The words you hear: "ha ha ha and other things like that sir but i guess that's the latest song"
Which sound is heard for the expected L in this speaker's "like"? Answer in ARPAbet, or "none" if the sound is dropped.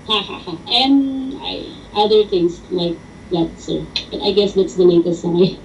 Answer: L